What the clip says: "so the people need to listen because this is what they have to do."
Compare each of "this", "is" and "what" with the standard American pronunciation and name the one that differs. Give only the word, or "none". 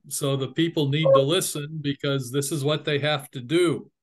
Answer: none